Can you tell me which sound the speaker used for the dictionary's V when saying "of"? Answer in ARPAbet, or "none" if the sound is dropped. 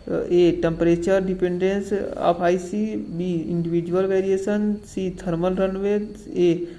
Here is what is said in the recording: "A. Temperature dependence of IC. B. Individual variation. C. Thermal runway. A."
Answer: P